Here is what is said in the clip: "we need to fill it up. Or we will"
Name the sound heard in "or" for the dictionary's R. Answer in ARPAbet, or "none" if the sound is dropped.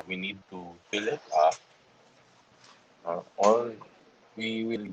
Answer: L